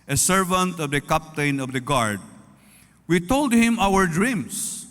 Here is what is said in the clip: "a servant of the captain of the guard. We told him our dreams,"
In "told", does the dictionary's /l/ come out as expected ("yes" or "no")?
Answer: yes